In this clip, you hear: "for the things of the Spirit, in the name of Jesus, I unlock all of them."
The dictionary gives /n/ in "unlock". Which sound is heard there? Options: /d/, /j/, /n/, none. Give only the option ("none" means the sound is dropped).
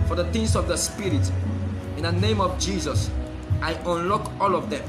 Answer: /n/